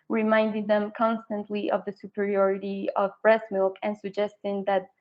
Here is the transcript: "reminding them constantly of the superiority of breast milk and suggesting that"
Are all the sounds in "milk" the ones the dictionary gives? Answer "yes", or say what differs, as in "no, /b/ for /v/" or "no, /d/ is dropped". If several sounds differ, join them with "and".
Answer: yes